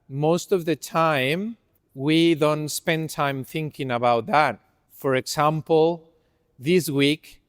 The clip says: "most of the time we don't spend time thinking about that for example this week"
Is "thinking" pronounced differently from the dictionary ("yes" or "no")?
no